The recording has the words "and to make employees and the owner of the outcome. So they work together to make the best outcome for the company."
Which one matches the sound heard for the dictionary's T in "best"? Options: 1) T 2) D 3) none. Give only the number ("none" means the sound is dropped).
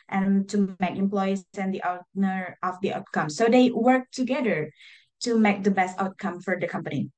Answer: 1